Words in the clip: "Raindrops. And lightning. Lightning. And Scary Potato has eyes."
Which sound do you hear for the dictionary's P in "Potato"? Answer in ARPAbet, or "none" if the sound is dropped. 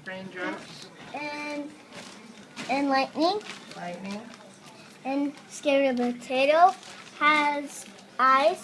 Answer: B